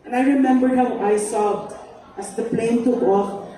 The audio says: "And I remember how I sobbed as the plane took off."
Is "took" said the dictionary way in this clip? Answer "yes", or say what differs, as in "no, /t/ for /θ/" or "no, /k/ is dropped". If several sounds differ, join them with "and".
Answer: no, /k/ is dropped